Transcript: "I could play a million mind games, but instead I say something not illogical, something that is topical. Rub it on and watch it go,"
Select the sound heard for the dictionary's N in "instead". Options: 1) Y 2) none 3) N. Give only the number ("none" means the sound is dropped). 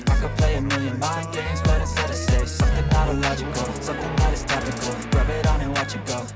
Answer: 2